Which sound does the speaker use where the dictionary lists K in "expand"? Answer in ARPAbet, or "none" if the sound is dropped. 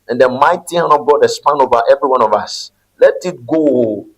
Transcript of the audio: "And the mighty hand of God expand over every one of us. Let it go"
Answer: none